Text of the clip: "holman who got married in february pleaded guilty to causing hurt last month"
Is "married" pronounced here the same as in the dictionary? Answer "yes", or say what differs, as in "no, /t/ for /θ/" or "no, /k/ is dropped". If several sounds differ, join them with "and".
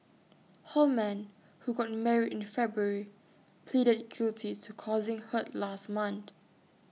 no, /d/ is dropped